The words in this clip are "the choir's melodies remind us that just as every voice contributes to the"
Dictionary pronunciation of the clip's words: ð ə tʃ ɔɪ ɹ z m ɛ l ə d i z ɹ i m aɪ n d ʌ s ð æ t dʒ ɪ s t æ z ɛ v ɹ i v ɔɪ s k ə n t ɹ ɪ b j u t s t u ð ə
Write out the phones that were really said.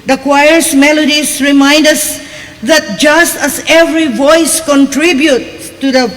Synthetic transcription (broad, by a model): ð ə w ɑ ɹ s m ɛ l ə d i s ɹ i m aɪ n d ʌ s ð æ t dʒ ɪ s t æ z ɛ v ɹ i v ɔɪ s k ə n t ɹ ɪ b j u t t u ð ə